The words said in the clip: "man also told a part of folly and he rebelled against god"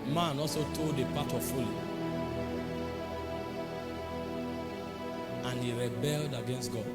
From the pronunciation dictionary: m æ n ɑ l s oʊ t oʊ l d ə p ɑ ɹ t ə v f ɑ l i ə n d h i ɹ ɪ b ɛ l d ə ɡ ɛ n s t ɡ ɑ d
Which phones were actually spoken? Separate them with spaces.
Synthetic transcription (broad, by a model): m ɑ n ɑ l s oʊ t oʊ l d ə p ɑ t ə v f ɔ l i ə n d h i ɹ ɪ b ɛ l d ə ɡ ɛ n s t ɡ ɑ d